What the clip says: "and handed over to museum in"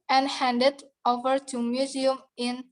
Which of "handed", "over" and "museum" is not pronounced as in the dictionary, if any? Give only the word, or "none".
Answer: none